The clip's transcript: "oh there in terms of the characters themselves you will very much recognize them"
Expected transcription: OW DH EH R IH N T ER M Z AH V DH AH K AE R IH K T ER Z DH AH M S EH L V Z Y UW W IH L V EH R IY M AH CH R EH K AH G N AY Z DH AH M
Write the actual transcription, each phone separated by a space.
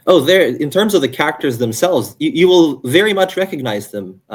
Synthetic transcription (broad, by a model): OW DH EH R IH N T ER M Z AH V DH AH K AE R IH K T ER Z DH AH M S EH L V Z Y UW W IH L V EH R IY M AH CH R EH K AH G N AY Z DH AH M